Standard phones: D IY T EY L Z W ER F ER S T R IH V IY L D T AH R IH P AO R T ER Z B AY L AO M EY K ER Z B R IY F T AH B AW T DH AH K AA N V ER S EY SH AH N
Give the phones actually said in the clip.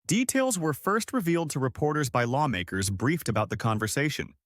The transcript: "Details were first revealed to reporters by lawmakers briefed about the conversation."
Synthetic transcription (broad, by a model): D IY T EY L Z W ER F ER S T R IH V IY L D T AH R IH P AO R T ER Z B AY L AO M EY K ER Z B R IY F T AH B AW T DH AH K AA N V ER S EY SH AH N